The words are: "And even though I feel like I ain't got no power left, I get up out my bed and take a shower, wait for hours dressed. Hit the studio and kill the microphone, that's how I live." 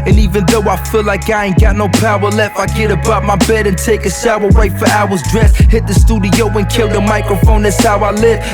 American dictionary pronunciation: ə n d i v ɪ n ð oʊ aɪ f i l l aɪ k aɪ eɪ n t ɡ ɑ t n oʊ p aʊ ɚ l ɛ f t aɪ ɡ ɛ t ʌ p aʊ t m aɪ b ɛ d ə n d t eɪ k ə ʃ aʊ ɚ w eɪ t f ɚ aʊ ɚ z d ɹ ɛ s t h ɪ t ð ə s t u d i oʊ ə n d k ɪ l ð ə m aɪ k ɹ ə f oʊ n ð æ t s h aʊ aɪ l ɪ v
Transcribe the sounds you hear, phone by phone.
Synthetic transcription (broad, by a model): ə n i v ɪ n ð oʊ aɪ f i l l aɪ k aɪ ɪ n ɡ ɑ t n oʊ p aʊ ɚ l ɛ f aɪ ɡ ɛ t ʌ b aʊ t m aɪ b ɛ d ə n t eɪ k ə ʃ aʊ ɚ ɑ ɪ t f ɚ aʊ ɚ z d ɹ ɛ s h ɪ t ð ə s t u d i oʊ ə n k ɪ l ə m aɪ k ɹ ə f oʊ n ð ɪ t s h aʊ aɪ l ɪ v